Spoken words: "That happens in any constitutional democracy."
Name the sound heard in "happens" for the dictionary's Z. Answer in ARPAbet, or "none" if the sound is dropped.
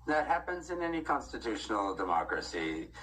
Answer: Z